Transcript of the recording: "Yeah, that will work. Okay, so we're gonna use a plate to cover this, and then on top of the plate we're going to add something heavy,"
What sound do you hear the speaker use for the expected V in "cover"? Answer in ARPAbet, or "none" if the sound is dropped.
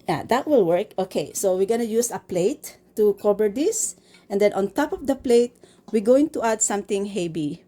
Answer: B